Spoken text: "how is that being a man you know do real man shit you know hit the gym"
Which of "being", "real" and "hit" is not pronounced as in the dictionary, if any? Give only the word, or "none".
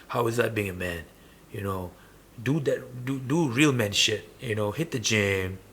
none